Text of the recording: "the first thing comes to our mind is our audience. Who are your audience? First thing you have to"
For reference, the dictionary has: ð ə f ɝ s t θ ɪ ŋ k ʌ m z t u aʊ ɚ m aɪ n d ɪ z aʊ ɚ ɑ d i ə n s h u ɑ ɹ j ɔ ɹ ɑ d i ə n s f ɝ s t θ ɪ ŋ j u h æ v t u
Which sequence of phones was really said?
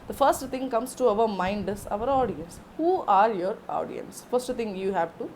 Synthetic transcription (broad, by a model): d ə f ɝ s t t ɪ ŋ k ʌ m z t u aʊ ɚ m aɪ n d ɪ s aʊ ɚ ɑ d i ə n s h u ɑ ɹ j ɔ ɹ ɑ d i ə n s f ɝ s t t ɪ ŋ j u h æ v t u